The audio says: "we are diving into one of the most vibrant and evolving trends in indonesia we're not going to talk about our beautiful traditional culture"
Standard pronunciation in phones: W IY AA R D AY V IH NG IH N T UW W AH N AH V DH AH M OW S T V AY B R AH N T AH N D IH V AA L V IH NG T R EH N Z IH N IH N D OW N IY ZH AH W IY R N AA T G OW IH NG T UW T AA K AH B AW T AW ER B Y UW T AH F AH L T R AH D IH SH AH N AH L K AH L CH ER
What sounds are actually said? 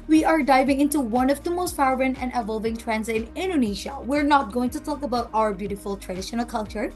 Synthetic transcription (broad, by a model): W IY AA R D AY V IH NG IH N T UW W AH N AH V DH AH M OW S T F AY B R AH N AH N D IH V AA L V IH NG T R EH N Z IH N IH N D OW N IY SH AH W IY R N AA T G OW IH NG T UW T AA K AH B AW T AW ER B Y UW T AH F AH L T R AH D IH SH AH N AH L K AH L CH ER